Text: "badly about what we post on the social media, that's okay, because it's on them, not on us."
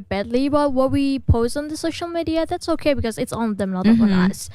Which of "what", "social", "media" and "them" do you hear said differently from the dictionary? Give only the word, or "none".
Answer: none